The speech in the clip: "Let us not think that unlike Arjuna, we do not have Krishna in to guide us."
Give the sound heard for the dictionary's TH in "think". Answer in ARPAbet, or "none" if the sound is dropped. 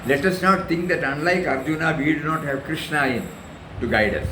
T